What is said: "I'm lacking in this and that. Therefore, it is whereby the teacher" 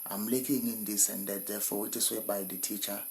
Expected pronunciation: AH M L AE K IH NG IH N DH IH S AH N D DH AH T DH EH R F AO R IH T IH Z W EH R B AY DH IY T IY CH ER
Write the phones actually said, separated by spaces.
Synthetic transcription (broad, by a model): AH M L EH K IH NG IH N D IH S AH N D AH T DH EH F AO W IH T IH S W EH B AY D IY T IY CH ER